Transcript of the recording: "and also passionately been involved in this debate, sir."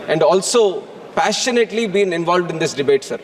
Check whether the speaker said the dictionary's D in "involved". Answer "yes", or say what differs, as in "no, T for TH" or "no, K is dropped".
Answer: yes